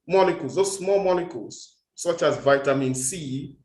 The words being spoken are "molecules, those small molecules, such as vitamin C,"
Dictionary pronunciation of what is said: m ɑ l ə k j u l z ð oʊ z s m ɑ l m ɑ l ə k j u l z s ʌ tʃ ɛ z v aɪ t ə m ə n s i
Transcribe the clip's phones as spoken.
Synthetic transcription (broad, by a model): m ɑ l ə k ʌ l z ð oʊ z s m ɑ l m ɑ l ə k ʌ l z s ʌ tʃ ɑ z v aɪ t ə m ə n s i